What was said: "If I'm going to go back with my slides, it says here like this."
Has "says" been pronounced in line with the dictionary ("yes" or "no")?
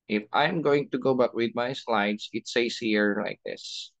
no